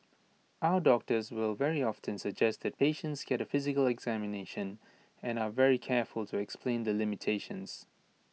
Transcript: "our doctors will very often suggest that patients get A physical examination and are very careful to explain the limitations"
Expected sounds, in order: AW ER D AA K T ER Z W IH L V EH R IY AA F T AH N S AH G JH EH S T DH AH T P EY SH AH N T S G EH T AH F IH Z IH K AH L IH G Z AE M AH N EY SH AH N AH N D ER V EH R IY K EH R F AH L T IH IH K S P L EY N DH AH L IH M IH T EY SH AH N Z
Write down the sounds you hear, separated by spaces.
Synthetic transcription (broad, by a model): AW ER D AA K T ER Z W IH L V EH R IY AA F T AH N S AH G JH EH S T DH AH T P EY SH AH N T S G EH T AH F IH Z IH K AH L IH G Z AE M AH N EY SH AH N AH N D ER V EH R IY K EH R F AH L T IH IH K S P L EY N DH AH L IH M IH T EY SH AH N Z